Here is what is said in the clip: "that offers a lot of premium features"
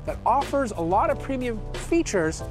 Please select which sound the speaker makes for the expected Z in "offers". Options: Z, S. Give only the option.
Z